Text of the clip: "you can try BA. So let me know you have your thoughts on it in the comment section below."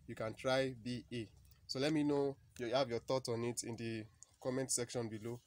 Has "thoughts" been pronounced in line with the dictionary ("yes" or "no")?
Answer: no